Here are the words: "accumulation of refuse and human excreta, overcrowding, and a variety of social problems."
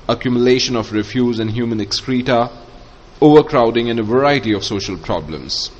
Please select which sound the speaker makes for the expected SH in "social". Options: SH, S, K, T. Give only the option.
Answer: SH